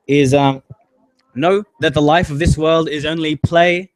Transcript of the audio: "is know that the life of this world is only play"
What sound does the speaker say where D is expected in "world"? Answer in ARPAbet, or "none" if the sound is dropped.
D